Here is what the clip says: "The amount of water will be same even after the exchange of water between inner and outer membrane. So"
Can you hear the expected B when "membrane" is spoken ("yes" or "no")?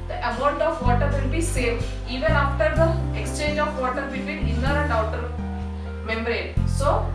no